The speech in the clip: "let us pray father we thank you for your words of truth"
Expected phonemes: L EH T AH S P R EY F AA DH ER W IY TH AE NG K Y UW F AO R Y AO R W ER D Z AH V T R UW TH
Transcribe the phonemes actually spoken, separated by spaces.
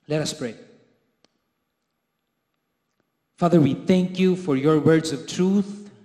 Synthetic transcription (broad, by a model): L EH T AH S P R EY F AA DH ER W IY TH AE NG K Y UW F AO R Y AO R W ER D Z AH V T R UW TH